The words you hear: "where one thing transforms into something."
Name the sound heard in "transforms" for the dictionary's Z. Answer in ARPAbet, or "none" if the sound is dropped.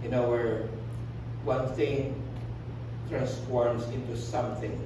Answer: S